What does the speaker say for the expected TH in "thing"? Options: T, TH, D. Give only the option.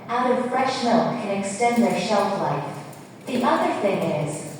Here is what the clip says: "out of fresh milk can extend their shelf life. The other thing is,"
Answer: TH